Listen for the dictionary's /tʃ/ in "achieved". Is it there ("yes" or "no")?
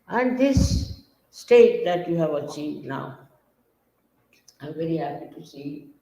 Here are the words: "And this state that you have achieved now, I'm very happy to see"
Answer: no